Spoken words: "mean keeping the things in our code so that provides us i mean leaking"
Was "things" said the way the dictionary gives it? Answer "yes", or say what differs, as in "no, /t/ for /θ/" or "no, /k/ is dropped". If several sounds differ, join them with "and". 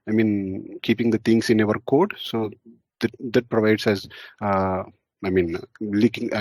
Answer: no, /t/ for /θ/